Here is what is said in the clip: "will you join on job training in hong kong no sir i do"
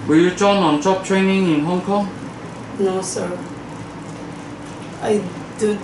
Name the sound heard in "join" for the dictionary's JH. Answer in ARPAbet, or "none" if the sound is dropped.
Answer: CH